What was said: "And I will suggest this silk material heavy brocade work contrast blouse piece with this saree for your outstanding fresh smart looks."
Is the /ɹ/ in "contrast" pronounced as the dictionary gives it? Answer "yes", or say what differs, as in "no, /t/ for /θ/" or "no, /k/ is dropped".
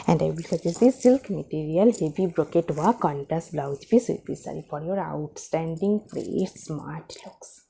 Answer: no, /ɹ/ is dropped